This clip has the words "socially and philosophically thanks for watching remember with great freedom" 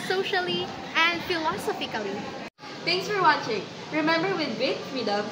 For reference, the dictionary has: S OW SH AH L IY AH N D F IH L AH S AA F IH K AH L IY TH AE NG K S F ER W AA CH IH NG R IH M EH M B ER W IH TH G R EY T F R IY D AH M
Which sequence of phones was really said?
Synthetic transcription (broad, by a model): S OW SH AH L IY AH N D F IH L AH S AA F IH K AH L IY T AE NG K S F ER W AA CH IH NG R IH M EH M B ER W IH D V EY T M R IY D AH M